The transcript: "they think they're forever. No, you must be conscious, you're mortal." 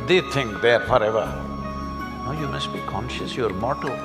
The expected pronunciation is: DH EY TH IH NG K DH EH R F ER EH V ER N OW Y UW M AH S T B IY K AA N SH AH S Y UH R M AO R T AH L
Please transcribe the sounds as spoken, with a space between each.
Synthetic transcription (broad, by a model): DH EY T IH NG K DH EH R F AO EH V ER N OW Y UW M AH S T B IY K AA N SH AH S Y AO R M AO T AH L